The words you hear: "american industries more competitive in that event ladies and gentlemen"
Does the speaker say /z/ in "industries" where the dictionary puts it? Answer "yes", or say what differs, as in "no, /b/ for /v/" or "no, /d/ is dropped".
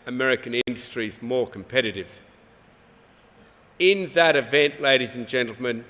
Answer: yes